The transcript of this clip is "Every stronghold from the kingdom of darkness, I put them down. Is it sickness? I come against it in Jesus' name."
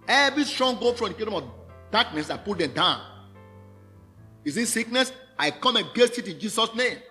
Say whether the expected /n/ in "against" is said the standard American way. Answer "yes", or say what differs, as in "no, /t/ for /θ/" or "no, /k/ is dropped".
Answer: no, /n/ is dropped